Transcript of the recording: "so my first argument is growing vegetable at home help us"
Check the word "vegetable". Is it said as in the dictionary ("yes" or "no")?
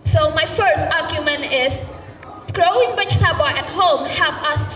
no